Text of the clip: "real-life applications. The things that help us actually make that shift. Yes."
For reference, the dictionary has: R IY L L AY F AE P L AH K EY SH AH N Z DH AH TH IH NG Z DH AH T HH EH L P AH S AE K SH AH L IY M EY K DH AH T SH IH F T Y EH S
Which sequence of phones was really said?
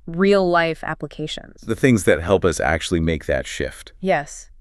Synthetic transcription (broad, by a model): R IY L L AY F AE P L AH K EY SH AH N Z DH AH TH IH NG Z DH AH T HH EH L P AH S AE K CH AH L IY M EY K DH AH T SH IH F T Y EH S